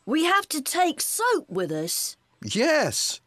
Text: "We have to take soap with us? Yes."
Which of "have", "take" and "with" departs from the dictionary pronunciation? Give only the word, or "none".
have